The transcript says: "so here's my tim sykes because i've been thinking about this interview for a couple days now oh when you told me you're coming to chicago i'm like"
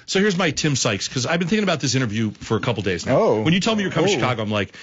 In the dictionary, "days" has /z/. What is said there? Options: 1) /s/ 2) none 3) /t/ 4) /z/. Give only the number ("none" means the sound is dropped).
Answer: 4